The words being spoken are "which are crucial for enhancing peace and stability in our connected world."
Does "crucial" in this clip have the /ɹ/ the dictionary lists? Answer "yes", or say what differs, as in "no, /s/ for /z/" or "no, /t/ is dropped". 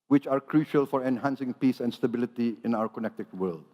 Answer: yes